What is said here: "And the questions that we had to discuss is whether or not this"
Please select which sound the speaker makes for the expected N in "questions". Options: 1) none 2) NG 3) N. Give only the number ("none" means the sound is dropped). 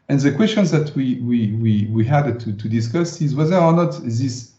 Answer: 3